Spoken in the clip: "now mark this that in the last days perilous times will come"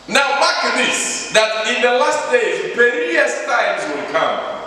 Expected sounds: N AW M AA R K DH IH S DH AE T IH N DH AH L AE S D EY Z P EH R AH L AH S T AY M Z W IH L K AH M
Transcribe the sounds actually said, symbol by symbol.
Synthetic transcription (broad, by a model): N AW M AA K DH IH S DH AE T IH N DH AH L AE S D EY Z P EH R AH AH S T AY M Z W IH L K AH M